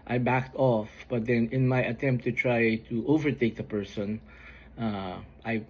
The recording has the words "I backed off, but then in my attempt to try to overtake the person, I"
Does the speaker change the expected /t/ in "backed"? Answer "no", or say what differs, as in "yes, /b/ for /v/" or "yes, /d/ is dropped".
no